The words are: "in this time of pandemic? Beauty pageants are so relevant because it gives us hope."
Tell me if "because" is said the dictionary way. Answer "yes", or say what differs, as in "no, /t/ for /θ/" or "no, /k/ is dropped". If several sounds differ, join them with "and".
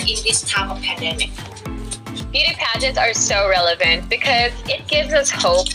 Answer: yes